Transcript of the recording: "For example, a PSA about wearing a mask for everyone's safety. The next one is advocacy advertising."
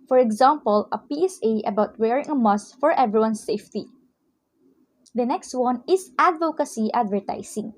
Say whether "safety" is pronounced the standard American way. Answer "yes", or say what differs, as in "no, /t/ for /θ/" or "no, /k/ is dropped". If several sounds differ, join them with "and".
yes